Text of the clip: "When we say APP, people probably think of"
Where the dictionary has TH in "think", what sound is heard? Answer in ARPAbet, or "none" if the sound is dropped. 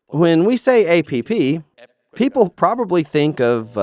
TH